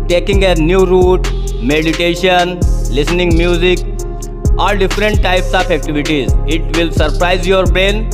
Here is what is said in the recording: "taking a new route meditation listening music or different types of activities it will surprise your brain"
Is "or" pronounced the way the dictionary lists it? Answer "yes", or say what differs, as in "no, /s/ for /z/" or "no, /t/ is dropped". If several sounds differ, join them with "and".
no, /l/ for /ɹ/